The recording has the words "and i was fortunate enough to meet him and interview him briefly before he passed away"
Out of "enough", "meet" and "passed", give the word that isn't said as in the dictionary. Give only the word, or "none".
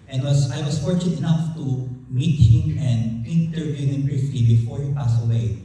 passed